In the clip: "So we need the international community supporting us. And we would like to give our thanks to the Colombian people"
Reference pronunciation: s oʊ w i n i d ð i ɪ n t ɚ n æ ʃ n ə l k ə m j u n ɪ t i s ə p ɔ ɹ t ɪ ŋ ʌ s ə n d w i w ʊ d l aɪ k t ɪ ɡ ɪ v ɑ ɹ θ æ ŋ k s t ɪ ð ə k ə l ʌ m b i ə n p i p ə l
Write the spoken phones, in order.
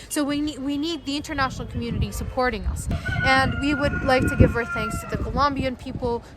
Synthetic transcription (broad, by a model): s oʊ w i n i d ð i ɪ n t ɚ n æ ʃ n l k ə m j u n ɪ t i s ə p ɔ ɹ t ɪ ŋ ʌ s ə n w i w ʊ d l aɪ k t ɪ ɡ ɪ v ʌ ɹ θ æ ŋ k s t ɪ ð ə k ə l ʌ m b i ə n p i p l